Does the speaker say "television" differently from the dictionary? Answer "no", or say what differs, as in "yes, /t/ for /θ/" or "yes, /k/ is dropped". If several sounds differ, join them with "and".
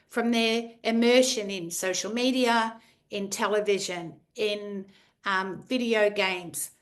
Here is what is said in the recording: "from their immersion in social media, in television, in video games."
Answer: no